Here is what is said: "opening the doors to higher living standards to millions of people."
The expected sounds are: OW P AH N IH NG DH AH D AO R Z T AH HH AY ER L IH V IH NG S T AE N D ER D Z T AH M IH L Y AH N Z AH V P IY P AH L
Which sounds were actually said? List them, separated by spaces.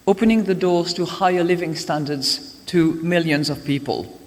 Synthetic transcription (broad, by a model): OW P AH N IH NG DH AH D AO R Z T AH HH AY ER L IH V IH NG S T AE N D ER D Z T AH M IH L Y AH N Z AH V P IY P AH L